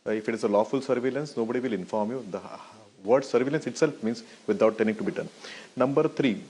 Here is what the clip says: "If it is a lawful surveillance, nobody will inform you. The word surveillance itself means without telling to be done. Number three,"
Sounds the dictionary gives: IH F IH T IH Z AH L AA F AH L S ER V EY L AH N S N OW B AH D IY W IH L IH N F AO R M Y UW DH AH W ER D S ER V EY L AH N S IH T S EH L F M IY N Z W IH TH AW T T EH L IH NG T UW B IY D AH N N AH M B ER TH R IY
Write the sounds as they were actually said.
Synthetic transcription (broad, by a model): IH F IH T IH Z AH L AA F AH L S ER V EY L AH N S N OW B AH D IY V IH L IH N F AO R M Y UW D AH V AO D S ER V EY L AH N S IH T S EH L F M IY N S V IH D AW T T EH N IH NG T UW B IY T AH N N AH M B ER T R IY